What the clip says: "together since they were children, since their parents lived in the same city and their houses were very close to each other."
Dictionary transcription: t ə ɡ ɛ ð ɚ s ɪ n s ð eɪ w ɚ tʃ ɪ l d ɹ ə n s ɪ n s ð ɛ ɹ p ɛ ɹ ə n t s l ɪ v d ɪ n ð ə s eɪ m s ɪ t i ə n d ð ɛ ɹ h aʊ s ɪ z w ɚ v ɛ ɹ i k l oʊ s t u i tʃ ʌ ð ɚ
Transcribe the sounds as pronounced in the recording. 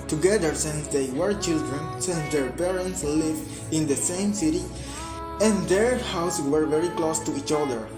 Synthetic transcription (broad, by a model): t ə ɡ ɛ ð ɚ s ɪ n s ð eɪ w ɚ tʃ ɪ l d ɹ ə n s ɪ n s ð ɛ ɹ p ɛ ɹ ə n t s l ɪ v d ɪ n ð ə s eɪ m s ɪ t i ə n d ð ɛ ɹ h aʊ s w ɚ v ɛ ɹ i k l oʊ s t u i tʃ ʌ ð ɚ